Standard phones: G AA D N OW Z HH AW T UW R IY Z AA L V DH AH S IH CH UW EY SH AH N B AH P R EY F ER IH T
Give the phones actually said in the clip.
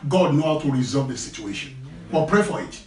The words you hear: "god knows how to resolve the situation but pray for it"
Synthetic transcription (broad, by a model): G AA D N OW HH AW T UW R IY Z AA L V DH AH S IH CH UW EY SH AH N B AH P R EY F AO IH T